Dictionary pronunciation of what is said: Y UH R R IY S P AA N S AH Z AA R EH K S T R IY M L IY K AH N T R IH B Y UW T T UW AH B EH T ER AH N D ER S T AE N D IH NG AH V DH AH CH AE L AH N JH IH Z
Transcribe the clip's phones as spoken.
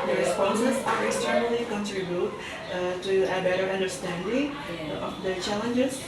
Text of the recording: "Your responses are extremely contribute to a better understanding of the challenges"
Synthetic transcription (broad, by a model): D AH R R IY S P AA N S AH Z AA R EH K S T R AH L IY K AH N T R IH B Y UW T T UW AH B EH T ER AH N D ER S T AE N D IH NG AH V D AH CH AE L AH N JH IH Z